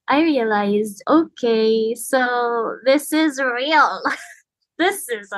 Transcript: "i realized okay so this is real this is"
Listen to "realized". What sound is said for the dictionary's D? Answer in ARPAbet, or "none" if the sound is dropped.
D